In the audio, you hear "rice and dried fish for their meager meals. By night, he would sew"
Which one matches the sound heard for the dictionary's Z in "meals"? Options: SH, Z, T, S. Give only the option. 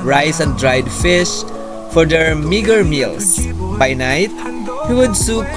S